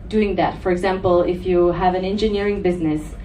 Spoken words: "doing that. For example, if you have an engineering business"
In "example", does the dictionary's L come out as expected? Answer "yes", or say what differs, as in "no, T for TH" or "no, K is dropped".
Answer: yes